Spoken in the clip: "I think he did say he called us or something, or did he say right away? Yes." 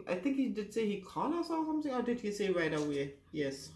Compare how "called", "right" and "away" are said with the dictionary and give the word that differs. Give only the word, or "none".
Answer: called